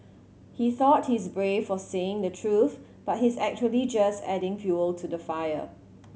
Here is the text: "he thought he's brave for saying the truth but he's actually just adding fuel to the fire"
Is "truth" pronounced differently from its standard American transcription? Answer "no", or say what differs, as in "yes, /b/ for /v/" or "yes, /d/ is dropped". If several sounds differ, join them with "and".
no